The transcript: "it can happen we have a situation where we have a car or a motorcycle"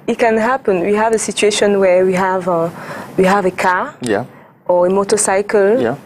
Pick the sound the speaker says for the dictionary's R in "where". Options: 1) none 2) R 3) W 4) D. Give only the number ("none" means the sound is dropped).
3